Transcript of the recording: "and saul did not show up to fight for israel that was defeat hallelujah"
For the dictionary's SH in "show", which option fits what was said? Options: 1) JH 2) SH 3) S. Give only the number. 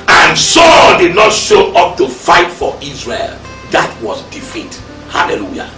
2